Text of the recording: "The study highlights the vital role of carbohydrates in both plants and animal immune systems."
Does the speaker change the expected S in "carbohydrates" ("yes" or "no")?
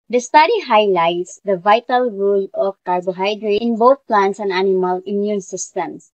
yes